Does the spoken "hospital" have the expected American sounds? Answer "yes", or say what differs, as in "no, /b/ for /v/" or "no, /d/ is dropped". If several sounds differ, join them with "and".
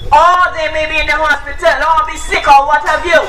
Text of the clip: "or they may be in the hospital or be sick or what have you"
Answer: yes